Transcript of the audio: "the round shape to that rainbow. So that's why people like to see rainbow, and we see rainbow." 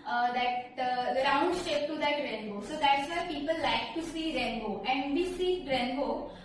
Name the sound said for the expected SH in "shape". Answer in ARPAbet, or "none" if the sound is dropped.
S